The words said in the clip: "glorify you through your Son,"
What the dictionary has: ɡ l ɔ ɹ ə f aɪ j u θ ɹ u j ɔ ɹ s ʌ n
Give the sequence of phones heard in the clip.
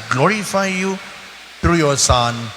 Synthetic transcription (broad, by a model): ɡ l ɔ ɹ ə f aɪ j u t ɹ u j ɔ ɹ s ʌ n